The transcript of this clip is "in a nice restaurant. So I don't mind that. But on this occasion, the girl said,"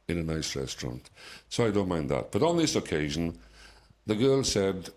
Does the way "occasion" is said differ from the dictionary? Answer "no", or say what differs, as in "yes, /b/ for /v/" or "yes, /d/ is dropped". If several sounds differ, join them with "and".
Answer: no